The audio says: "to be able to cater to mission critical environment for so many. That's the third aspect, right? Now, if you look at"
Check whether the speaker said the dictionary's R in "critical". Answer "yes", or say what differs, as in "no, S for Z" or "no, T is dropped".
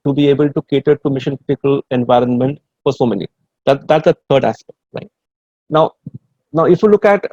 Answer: no, R is dropped